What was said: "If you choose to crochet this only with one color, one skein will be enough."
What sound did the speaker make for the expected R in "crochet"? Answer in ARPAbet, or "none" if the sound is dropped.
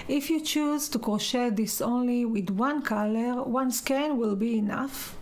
none